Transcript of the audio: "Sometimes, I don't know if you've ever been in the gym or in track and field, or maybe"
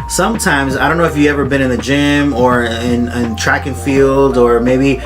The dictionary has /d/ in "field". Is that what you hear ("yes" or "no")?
yes